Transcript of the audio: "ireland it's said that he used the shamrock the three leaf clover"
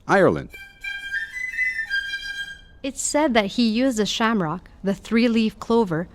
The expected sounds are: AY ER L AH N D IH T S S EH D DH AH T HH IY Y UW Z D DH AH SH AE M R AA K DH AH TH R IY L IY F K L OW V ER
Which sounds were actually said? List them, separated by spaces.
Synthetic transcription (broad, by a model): AY ER L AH N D IH T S S EH D DH AH T HH IY Y UW Z D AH SH AE M R AA K DH AH TH R IY L IY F K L OW V ER